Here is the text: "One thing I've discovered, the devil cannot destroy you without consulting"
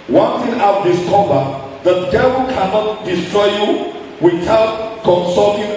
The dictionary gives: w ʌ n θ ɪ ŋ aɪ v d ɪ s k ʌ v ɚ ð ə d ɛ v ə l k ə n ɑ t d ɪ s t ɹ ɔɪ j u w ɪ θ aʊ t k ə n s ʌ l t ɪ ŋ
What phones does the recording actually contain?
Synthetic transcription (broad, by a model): w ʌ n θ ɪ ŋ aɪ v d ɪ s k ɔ b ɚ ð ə d ɛ v ə l k ə n ɑ t d ɪ s t ɹ ɔɪ j u w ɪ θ aʊ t k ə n s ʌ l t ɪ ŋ